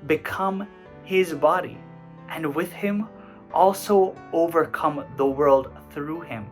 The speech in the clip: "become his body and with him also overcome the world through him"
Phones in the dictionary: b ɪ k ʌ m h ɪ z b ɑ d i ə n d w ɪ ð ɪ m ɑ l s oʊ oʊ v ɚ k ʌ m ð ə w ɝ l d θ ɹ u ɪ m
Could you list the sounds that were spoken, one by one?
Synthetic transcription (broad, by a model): b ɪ k ʌ m h ɪ z b ɑ d i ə n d w ɪ ð ɪ m ɑ l s oʊ oʊ v ɚ k ʌ m ð ə w ɝ l d θ ɹ u ɪ m